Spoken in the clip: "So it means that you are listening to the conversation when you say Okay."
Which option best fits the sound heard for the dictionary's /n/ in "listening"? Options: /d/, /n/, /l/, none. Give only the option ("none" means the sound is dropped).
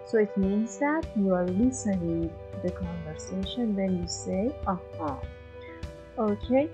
none